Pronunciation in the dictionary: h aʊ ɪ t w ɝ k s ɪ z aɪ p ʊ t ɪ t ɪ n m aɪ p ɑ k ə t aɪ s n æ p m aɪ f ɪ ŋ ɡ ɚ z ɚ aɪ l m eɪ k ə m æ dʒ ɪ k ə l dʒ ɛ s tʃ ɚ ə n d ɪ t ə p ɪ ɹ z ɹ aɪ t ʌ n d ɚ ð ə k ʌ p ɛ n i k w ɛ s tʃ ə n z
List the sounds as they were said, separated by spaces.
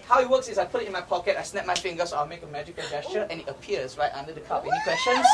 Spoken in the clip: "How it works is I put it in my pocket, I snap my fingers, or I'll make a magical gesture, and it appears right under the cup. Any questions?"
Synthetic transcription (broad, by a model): h aʊ ɪ t w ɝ k s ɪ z aɪ p ʊ t ɪ t ɪ n m aɪ p ɑ k ə t aɪ s n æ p m aɪ f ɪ ŋ ɡ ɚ s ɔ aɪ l m eɪ k ə m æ dʒ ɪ k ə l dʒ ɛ s tʃ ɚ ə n ɪ t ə p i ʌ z ɹ aɪ t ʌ n d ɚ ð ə k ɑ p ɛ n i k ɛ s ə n